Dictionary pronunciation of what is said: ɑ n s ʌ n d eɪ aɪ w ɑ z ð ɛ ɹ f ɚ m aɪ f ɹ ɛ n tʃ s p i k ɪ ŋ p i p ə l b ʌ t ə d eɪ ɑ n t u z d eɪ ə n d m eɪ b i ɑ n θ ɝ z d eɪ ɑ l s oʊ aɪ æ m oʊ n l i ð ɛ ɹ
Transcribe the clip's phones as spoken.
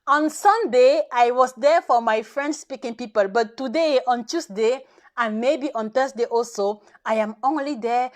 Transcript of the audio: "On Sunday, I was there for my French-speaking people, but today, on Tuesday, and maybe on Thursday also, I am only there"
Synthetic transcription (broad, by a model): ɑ n s ʌ n d eɪ aɪ w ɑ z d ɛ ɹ f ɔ m aɪ f ɹ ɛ n s s p i k ɪ ŋ p i p ə l b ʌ t ə d eɪ ɑ n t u s d eɪ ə n m eɪ b i ɑ n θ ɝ s d eɪ ɑ l s oʊ aɪ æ m oʊ n l i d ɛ